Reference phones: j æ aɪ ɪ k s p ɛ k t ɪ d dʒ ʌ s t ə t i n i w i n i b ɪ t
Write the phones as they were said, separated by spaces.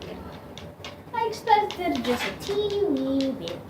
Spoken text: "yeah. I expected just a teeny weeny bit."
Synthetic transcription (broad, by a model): aɪ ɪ k s p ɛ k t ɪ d dʒ ʌ s t ə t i i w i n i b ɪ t